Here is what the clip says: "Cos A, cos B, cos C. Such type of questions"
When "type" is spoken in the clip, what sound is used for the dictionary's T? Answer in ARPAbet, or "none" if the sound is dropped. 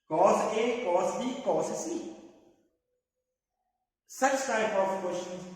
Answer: S